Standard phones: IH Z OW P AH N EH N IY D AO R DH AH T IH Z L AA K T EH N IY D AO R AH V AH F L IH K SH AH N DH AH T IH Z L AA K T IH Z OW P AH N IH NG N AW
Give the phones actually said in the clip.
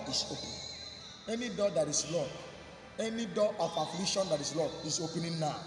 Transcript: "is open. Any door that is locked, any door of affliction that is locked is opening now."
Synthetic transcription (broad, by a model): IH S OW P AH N EH N IY D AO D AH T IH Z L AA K EH N IY D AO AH F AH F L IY SH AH N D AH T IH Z L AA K IH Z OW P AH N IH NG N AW